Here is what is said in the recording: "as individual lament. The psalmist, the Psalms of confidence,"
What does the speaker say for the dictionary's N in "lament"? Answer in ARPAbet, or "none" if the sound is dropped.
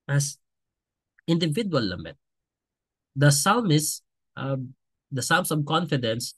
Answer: none